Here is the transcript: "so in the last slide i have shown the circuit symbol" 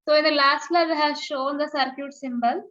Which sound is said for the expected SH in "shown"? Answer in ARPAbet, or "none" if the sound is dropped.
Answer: SH